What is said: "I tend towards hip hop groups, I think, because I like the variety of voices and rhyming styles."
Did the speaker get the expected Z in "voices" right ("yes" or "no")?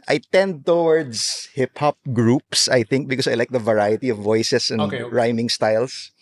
no